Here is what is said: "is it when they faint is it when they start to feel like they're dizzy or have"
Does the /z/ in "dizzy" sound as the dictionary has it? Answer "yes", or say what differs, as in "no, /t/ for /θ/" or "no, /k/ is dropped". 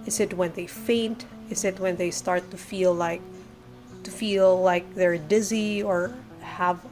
yes